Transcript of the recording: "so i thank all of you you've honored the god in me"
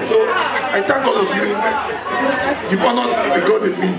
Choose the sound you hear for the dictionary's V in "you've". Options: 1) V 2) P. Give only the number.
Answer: 2